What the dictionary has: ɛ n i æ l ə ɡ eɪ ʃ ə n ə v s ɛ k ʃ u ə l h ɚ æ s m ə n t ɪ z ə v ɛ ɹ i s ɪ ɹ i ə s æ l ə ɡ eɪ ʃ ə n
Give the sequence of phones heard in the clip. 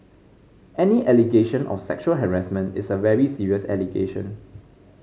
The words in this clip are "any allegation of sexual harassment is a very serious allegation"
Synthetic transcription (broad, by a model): ɛ n i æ l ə ɡ eɪ ʃ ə n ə f s ɛ k ʃ u ə l h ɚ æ s m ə n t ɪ s ə v ɛ ɹ i s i ɹ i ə s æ l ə ɡ eɪ ʃ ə n